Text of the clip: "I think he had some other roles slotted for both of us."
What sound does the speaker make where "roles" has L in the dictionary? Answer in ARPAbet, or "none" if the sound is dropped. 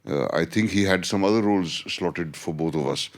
L